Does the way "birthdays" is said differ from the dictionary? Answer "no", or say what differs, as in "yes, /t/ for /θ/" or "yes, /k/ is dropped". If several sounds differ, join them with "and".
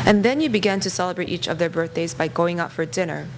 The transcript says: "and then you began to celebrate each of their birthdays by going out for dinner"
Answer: no